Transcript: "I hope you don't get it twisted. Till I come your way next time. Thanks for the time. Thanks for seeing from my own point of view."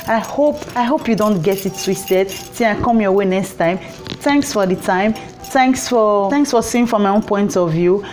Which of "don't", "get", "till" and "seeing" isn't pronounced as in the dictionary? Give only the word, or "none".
till